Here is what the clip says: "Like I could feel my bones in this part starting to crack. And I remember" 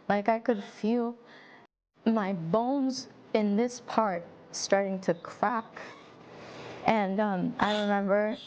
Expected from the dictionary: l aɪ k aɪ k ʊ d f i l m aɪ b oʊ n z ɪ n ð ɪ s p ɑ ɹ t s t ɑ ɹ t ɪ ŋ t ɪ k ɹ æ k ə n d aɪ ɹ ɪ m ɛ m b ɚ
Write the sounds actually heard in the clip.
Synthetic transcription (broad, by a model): l aɪ k aɪ k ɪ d f i l m aɪ b oʊ n z ɪ n ð ɪ s p ɑ ɹ t s t ɑ ɹ t ɪ ŋ t ɪ k ɹ æ k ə n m aɪ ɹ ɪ m ɛ m b ɚ